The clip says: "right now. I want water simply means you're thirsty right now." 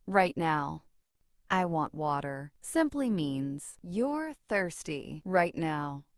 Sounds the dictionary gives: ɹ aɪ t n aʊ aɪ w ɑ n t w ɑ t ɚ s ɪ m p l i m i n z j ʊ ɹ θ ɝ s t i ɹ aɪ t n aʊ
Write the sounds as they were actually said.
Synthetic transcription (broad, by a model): ɹ aɪ t n aʊ aɪ w ɑ n t w ɑ t ɚ s ɪ m p l i m i n z j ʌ ɹ θ ɝ s t i ɹ aɪ t n aʊ